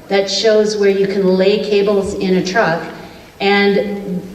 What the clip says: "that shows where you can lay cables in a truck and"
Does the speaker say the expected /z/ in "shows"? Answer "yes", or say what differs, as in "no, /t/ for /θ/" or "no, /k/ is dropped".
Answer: yes